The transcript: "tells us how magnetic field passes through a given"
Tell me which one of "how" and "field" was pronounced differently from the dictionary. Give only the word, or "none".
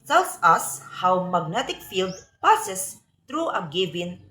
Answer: none